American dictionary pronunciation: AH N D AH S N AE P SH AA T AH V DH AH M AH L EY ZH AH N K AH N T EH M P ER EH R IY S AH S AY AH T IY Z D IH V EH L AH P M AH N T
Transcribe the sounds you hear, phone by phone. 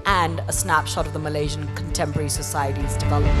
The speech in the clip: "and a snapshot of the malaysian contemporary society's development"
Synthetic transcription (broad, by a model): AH N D AH S N AE P SH AA T AH V DH AH M AH L EY ZH AH N K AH N T EH M P ER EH R IY S AH S AY AH T IY Z D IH V EH L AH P